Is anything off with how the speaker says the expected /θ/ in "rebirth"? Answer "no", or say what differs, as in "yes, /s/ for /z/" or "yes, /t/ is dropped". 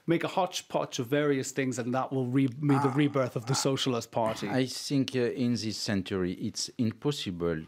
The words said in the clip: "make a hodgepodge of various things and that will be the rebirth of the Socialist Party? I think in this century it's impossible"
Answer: no